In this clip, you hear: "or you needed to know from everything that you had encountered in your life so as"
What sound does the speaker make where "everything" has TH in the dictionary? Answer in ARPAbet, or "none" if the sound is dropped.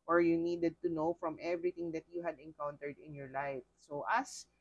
T